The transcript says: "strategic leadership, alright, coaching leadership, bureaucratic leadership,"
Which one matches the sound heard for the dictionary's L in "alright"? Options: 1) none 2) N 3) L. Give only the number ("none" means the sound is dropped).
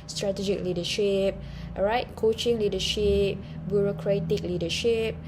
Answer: 1